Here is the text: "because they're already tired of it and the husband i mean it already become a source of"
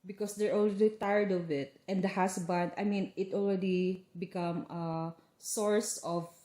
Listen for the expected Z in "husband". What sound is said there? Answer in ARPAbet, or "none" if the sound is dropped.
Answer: S